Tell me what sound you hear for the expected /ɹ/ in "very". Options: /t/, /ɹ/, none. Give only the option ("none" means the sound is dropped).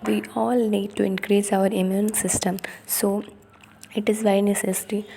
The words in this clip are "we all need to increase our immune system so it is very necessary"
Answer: none